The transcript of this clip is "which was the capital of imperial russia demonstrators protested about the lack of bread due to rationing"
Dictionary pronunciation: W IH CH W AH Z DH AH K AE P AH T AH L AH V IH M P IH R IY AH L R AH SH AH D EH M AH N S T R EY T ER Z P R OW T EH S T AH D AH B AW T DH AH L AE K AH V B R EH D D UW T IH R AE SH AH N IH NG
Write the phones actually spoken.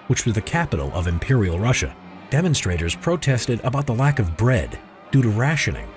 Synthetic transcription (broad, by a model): W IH CH W AH Z DH AH K AE P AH T L AH V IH M P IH R IY L R AH SH AH D EH M AH N S T R EY T ER Z P R OW T EH S T AH D AH B AW T DH AH L AE K AH V B R EH D D UW T IH R AE SH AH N IH NG